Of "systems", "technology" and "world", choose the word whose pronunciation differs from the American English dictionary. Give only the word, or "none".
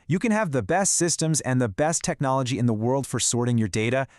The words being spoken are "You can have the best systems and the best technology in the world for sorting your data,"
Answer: none